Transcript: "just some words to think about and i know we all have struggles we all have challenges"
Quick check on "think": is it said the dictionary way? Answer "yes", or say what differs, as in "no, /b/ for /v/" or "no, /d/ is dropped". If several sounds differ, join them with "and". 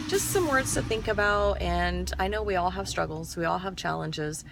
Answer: yes